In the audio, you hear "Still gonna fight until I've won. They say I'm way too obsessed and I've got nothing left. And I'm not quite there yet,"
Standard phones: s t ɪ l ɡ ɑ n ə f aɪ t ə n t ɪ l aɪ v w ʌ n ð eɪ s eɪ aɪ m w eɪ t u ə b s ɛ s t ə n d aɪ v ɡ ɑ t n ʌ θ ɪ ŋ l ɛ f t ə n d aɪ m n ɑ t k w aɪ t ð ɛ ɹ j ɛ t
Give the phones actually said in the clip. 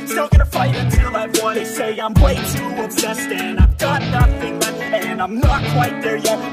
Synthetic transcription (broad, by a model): s t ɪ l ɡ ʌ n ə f aɪ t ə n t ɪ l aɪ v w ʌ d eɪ s eɪ aɪ m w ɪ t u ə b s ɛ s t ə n aɪ v ɡ ɑ t n ʌ θ ɪ ŋ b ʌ t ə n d aɪ m n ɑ t k w aɪ t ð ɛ ɹ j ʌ